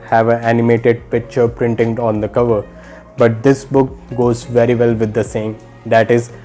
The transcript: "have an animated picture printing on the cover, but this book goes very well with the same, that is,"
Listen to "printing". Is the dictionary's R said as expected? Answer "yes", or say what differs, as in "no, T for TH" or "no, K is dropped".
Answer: yes